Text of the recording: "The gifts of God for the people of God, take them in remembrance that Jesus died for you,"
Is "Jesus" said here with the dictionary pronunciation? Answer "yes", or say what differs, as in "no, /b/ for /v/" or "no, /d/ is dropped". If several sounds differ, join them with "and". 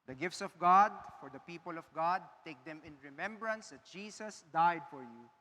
no, /s/ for /z/